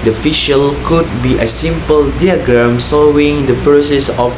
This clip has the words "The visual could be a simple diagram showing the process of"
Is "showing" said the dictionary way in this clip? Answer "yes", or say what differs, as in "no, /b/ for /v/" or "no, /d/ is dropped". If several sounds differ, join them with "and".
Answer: no, /s/ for /ʃ/